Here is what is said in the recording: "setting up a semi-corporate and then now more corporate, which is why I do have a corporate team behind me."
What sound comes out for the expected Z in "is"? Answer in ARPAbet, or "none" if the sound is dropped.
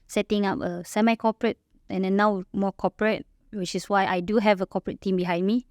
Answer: S